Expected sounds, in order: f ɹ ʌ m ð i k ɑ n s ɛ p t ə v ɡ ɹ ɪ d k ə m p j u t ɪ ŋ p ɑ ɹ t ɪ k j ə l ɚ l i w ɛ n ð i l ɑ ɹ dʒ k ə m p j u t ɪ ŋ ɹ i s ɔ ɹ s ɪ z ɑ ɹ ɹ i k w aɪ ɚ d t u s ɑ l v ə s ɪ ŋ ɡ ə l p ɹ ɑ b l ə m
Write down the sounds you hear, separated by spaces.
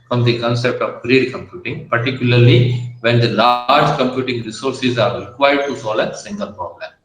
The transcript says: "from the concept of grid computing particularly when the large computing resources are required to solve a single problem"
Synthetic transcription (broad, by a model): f ɹ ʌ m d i k ɑ n s ɛ p t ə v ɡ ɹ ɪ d k ə m p j u t ɪ ŋ p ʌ ɹ t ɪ k j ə l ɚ l i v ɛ n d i l ɑ ɹ dʒ k ə m p j u t ɪ ŋ ɹ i s ɔ ɹ s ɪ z ɑ ɹ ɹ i k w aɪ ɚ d t u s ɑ l ə s ɪ ŋ ɡ ə l p ɹ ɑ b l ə m